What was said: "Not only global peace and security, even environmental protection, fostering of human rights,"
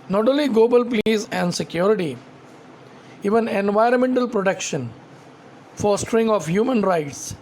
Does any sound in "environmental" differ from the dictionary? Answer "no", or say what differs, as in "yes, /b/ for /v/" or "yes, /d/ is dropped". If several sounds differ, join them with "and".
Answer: no